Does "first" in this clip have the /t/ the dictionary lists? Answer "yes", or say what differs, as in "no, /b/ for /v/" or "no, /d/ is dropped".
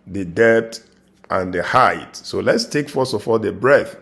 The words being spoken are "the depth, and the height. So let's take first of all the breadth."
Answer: no, /t/ is dropped